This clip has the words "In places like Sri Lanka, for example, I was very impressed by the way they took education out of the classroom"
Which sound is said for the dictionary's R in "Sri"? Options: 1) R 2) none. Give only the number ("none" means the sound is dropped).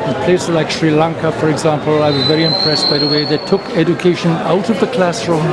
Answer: 1